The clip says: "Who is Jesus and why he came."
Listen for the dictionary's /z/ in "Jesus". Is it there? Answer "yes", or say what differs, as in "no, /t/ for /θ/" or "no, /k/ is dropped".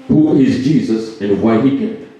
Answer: yes